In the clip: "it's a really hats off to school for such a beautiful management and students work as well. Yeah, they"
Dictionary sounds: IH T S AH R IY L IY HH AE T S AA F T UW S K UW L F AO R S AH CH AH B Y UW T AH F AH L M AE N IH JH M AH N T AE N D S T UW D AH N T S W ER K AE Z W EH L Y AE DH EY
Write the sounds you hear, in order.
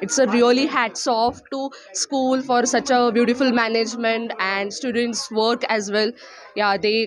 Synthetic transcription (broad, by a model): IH T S AH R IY L IY HH AE T S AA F T UW S K UW L F AO R S AH CH AH B Y UW T AH F AH L M AE N IH JH M AH N T AE N D S T UW D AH N T S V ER K AE Z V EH L Y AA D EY